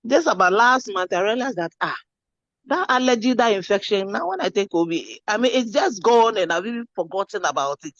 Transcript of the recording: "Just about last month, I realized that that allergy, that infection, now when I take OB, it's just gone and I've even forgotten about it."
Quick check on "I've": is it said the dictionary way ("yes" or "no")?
no